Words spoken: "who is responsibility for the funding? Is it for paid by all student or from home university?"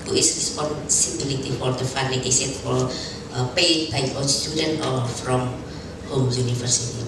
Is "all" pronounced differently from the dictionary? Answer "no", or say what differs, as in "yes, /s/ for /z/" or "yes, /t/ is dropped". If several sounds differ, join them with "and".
yes, /n/ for /l/